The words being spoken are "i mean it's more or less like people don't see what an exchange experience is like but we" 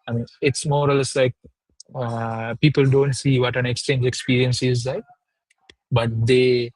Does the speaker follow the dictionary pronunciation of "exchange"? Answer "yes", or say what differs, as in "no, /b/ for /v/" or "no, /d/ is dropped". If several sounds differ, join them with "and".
yes